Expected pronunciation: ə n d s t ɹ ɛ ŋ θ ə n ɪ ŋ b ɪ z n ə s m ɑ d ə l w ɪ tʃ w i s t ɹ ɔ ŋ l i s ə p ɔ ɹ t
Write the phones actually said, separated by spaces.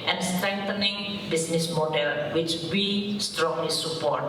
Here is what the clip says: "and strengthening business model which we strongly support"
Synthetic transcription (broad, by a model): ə n s t ɹ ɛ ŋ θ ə n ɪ ŋ b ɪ s n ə s m ɑ d ə l w ɪ tʃ w i s t ɹ ɔ ŋ l i s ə p ɔ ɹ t